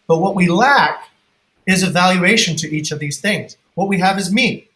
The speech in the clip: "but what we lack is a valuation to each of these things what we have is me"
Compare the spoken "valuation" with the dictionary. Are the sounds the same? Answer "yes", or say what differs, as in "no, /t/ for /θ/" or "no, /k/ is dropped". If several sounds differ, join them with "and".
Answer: yes